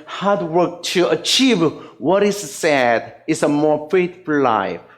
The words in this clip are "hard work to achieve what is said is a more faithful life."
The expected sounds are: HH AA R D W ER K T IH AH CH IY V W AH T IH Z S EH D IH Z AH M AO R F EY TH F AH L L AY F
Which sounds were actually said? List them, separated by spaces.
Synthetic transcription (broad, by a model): HH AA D W ER K T IH AH CH IY V W AH T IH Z S EH D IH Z AH M AO R F EY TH F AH L L AY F